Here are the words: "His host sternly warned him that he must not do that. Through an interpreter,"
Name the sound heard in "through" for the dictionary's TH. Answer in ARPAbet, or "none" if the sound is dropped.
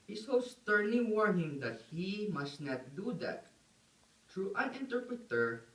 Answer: T